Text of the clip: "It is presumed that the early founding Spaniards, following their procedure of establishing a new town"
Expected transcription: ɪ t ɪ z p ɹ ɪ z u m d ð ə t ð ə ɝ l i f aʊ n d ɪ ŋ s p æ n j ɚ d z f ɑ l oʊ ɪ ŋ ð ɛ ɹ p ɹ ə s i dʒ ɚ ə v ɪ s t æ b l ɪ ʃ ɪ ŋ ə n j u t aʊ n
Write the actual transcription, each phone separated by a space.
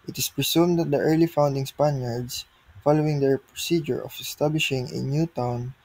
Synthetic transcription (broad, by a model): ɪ t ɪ s p ɹ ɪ s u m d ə t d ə ɝ l i f aʊ n d ɪ ŋ s p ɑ n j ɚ d s f ɑ l oʊ ɪ ŋ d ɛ ɹ p ɹ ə s i dʒ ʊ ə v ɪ s t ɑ b l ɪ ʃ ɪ ŋ ə n j u t aʊ n